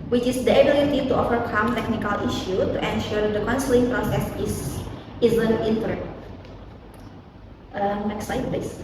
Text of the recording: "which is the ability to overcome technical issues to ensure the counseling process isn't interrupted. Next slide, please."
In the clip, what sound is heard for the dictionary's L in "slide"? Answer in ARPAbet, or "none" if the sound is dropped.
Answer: none